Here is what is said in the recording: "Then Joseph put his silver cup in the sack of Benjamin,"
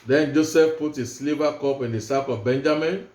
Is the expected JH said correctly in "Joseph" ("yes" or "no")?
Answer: yes